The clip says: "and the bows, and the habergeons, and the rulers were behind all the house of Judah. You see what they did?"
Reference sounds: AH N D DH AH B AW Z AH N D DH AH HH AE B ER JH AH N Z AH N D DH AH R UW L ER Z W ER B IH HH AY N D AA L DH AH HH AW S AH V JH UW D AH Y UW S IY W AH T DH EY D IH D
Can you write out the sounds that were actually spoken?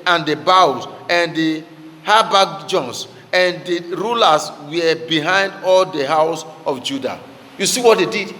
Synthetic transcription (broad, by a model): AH N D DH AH B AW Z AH N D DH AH HH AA B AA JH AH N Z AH N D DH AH R UW L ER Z W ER B IH HH AY N D AA L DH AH HH AW S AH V JH UW D AH Y UW S IY W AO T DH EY D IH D